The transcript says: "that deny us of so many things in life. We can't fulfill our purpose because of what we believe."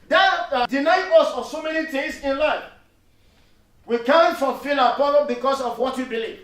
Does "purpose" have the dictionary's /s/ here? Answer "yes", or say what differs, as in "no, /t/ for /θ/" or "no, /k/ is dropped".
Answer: no, /s/ is dropped